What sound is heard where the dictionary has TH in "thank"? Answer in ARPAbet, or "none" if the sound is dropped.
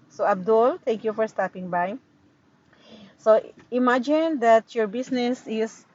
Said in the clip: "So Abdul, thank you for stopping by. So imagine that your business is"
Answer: T